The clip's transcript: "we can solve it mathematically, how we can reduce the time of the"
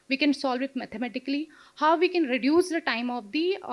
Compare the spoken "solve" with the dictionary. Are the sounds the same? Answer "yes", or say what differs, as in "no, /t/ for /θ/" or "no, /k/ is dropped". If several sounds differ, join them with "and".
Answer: yes